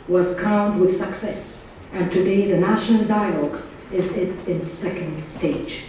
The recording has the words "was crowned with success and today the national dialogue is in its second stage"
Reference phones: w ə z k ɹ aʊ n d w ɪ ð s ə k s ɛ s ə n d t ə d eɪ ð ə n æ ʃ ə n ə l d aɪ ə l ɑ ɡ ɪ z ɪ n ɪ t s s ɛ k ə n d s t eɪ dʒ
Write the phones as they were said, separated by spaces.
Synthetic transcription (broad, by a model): w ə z k aʊ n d w ɪ ð s ə k s ɛ s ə n t ə d eɪ ð ə n æ ʃ ə n ə l d aɪ ə l ɑ ɡ ɪ z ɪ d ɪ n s s ɛ k ə n d s t eɪ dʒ